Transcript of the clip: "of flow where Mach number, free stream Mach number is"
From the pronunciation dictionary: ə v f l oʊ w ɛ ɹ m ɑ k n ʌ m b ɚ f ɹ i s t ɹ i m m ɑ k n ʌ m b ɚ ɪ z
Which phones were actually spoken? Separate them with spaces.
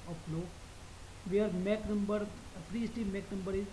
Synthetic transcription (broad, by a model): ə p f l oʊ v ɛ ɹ m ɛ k n ʌ m b ɚ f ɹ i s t i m m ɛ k n ʌ m b ɚ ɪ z